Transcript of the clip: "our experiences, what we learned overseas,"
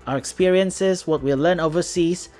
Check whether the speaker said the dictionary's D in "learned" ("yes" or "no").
no